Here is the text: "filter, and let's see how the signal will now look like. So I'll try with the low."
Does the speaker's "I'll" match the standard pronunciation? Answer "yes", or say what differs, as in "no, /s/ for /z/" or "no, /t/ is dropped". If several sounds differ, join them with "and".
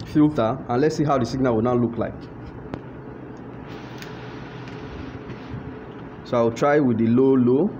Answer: no, /w/ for /l/